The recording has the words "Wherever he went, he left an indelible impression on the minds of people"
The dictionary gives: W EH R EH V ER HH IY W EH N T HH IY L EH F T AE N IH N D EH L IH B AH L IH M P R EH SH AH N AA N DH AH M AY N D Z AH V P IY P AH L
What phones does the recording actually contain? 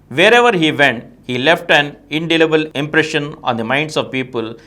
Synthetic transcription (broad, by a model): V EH R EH V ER HH IY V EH N T HH IY L EH F T AE N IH N D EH L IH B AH L IH M P R EH SH AH N AA N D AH M AY N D S AH V P IY P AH L